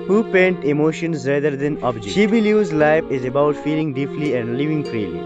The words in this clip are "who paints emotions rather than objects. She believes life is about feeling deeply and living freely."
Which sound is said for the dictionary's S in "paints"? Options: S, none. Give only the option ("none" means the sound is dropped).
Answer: none